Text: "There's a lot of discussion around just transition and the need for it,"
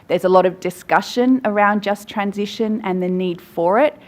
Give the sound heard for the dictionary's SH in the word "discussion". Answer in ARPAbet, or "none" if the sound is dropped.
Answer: SH